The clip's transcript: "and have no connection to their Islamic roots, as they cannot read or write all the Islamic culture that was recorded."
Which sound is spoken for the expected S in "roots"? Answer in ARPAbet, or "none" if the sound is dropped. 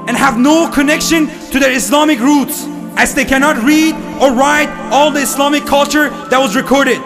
S